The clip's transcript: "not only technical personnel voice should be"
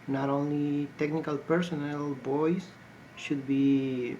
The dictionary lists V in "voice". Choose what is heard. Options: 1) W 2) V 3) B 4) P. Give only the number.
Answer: 3